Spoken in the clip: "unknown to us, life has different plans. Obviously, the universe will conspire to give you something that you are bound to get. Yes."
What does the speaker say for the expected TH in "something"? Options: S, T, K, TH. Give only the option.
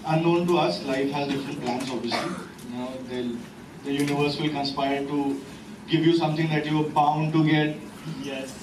T